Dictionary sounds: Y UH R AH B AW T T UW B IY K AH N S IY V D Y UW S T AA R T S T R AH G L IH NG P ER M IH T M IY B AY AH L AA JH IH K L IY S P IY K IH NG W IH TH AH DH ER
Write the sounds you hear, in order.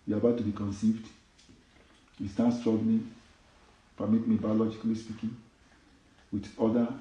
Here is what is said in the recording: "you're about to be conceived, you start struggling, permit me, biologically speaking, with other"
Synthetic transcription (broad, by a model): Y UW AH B AW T T UW B IY K AH N S IY V D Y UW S T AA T S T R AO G N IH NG P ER M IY T M IY B AY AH L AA JH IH K L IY S P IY K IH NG W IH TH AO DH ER